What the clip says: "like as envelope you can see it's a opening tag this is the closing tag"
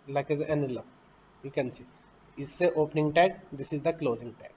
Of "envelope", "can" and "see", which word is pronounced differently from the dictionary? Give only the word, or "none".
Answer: envelope